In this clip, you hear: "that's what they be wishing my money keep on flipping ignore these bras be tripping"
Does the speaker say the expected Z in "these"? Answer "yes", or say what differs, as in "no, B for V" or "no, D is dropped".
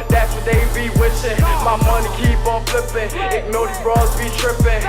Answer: no, Z is dropped